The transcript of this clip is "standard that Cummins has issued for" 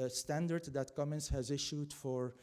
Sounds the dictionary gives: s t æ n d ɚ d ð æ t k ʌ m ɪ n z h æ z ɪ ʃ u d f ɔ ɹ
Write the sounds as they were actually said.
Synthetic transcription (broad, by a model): s t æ n d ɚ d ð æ t k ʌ m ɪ n s h æ z ɪ ʃ u d f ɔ ɹ